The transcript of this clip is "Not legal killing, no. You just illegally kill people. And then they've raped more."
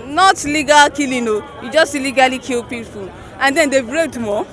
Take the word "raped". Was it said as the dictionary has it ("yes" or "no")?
no